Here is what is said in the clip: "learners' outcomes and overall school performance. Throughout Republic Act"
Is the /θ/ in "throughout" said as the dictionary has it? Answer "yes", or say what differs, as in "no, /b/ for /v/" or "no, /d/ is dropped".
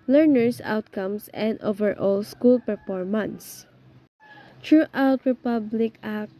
no, /t/ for /θ/